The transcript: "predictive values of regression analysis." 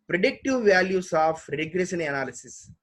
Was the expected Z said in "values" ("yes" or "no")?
no